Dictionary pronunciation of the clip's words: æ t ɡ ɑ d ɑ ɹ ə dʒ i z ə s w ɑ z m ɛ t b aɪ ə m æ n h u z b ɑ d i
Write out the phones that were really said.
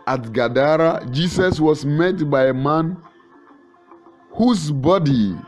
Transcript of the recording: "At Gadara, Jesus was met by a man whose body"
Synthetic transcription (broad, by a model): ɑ t ɡ ɑ d ɑ ɹ ə dʒ i s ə s w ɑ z m ɛ t b aɪ ə m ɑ n h u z b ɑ d i